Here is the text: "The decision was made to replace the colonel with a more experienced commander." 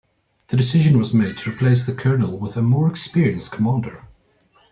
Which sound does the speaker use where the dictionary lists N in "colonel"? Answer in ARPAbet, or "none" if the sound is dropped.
N